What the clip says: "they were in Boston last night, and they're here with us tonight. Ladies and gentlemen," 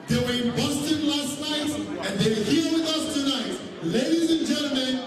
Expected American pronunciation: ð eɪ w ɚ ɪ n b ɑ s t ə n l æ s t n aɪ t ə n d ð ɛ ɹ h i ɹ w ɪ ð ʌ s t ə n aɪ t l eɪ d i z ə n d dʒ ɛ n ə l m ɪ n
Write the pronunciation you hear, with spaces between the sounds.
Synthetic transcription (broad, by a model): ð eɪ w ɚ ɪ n b ɑ s t ə n l æ s t n aɪ t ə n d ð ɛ w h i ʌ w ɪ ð ʌ s t ə n aɪ t l eɪ d i z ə n dʒ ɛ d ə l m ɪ n